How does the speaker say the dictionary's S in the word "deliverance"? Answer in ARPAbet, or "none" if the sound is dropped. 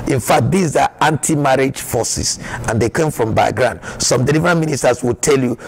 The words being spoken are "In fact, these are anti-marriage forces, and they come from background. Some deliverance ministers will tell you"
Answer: none